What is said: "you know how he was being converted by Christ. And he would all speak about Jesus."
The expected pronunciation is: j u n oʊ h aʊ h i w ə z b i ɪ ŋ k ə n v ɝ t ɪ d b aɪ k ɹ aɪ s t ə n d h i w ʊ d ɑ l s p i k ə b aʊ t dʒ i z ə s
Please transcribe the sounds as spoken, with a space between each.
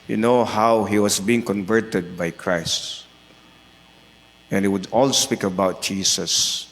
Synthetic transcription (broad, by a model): j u n oʊ h aʊ h i w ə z b i ɪ ŋ k ə n v ɝ t ɪ d b aɪ k ɹ aɪ s t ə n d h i w ʊ d ɑ l s p i k ə b aʊ t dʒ i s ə s